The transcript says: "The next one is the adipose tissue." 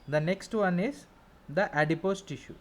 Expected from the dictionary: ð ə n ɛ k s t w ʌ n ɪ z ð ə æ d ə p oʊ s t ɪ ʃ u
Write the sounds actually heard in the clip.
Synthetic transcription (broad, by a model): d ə n ɛ k s t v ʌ n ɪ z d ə æ d ə p oʊ s t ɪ ʃ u